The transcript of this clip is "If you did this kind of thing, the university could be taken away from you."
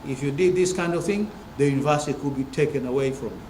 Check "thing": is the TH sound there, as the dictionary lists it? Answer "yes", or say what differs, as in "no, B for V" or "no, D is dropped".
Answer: yes